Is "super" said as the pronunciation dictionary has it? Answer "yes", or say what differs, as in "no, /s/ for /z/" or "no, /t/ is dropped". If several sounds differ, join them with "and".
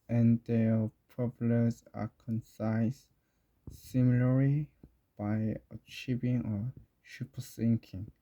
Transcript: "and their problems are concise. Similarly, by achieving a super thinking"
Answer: no, /ʃ/ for /s/